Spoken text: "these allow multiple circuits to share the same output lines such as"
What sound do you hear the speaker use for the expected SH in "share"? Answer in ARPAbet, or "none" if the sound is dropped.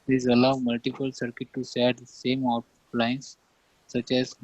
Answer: S